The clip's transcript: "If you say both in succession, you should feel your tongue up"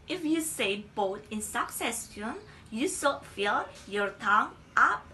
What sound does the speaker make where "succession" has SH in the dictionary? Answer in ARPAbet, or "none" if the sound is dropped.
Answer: S